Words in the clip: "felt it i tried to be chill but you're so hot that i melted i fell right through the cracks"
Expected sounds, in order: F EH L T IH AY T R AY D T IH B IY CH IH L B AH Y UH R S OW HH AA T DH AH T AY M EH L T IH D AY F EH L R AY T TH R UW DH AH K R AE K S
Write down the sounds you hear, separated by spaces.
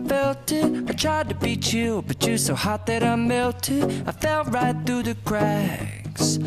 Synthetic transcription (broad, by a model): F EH L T IH AY T R AY D T IH B IY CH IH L B AH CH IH S OW HH AA T DH AH T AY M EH L T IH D AY F EH L R AY T TH R UW DH AH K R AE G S